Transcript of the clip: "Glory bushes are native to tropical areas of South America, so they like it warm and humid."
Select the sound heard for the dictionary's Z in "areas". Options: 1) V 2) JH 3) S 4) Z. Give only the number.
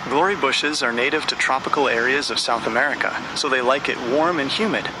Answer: 4